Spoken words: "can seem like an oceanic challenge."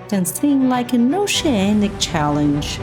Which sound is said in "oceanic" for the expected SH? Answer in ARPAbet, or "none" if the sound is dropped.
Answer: SH